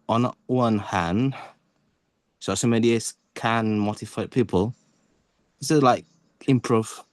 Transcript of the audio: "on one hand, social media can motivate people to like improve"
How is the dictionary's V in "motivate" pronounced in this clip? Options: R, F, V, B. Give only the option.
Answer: F